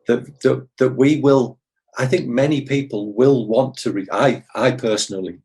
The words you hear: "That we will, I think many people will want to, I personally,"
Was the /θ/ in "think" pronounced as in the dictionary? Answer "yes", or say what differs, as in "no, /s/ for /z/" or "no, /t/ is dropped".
yes